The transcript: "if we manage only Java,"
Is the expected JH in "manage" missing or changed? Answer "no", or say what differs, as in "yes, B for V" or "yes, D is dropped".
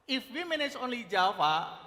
yes, Z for JH